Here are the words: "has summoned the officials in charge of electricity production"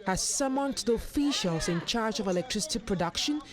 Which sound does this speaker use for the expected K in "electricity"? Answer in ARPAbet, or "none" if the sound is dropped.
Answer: K